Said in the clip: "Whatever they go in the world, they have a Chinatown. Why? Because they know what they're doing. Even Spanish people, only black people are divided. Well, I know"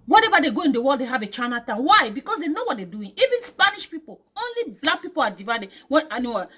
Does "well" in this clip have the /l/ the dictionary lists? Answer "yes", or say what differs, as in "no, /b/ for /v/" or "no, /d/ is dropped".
no, /n/ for /l/